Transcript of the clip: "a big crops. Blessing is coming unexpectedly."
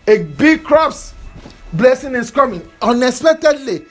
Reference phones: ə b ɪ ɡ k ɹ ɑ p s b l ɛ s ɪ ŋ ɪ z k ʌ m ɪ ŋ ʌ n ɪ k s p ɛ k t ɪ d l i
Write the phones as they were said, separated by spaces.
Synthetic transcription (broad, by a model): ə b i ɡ k ɹ ɑ p s b l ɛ s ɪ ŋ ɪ s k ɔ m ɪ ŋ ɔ n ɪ s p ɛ t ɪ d l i